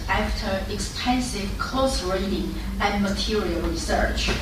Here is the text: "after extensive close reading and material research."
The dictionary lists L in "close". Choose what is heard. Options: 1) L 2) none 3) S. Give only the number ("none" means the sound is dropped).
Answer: 2